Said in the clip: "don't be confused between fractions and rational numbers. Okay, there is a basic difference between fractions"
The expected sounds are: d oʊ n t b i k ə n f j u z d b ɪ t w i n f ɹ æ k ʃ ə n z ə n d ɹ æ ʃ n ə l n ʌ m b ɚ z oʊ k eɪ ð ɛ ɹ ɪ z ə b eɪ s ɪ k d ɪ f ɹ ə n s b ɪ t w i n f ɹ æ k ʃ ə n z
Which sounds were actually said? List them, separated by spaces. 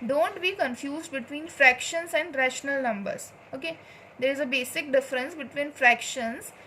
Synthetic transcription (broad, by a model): d oʊ n t b i k ə n f j u z d b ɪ t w i n f ɹ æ k ʃ ə n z ə n d ɹ æ ʃ n ə l n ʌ m b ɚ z oʊ k eɪ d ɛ ɹ ɪ z ə b eɪ s ɪ k d ɪ f ɹ ə n s b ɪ t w i n f ɹ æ k ʃ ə n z